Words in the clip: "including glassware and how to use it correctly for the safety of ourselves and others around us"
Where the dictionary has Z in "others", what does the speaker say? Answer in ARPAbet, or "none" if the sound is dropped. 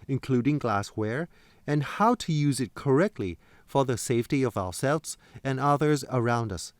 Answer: Z